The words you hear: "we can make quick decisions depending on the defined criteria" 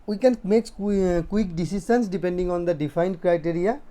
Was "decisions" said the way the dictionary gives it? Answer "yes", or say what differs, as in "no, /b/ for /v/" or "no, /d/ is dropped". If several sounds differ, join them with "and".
no, /s/ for /ʒ/ and /s/ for /z/